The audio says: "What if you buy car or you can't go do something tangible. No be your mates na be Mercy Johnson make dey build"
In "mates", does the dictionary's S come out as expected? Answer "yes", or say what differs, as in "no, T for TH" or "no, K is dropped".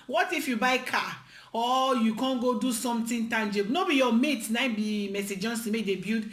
no, S is dropped